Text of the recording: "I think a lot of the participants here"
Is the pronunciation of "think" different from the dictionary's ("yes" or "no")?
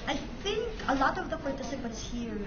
no